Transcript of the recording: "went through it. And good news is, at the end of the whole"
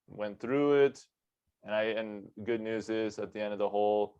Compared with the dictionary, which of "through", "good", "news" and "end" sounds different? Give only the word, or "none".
none